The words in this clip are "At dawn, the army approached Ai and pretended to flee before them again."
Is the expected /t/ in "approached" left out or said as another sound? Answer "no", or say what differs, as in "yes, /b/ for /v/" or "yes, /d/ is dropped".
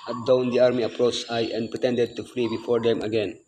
yes, /t/ is dropped